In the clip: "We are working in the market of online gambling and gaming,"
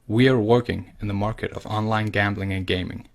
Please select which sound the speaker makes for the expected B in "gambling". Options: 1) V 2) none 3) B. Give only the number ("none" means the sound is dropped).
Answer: 3